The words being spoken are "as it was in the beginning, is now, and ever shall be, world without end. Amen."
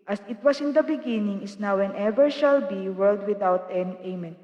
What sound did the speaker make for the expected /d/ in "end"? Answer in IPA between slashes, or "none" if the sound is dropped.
none